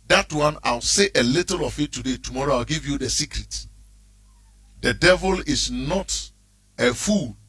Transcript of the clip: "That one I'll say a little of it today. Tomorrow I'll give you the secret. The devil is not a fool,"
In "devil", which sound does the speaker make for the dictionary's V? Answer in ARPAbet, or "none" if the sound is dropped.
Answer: V